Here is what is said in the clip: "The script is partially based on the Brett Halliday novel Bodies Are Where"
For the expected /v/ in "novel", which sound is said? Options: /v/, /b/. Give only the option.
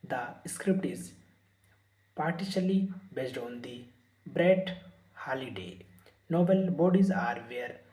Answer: /b/